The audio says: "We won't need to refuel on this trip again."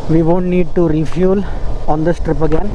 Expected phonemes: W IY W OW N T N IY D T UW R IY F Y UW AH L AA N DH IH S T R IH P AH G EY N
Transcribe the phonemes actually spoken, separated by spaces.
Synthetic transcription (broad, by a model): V IY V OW N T N IY D T UW R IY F Y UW L AA N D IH S T R IH P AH G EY N